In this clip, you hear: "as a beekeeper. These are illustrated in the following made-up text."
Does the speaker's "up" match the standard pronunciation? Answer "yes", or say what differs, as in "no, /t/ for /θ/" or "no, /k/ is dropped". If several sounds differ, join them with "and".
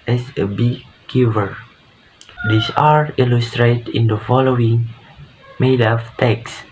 no, /f/ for /p/